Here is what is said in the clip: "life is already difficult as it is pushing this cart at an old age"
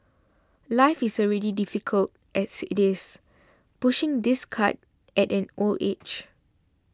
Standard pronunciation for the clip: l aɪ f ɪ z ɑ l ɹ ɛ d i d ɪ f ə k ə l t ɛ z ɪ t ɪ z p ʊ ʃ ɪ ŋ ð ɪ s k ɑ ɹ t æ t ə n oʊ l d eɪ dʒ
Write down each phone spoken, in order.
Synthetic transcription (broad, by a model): l aɪ f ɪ s ɑ l ɹ ɛ d i d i f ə k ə l t ɛ s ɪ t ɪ s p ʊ ʃ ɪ ŋ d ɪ s k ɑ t t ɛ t ə n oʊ l eɪ tʃ